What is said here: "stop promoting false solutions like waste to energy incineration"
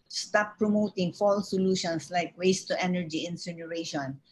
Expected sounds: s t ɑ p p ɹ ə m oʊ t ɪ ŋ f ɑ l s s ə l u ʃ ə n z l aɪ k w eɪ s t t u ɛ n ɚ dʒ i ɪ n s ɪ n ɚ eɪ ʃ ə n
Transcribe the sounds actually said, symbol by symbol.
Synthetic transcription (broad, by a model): s t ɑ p p ɹ ə m oʊ t ɪ ŋ f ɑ l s s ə l u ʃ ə n s l aɪ k w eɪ s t t u ɛ n ɚ dʒ i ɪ n s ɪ n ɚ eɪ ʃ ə n